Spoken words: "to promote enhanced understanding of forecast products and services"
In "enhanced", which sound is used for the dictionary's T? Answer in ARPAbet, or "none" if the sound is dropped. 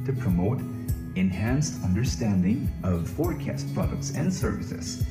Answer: T